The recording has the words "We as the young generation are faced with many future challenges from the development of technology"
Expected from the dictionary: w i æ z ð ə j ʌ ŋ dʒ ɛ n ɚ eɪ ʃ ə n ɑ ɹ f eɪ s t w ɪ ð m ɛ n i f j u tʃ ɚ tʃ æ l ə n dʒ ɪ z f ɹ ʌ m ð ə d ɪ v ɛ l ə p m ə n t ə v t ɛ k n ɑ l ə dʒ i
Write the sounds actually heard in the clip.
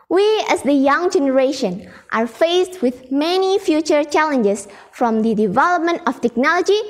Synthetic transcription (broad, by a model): w i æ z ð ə j ʌ ŋ dʒ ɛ n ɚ eɪ ʃ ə n ɑ ɹ f eɪ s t w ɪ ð m ɛ n i f j u tʃ ɚ tʃ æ l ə n dʒ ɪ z f ɹ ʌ m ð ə d ɪ v ɛ l ə p m ə n t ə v t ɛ k n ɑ l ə dʒ i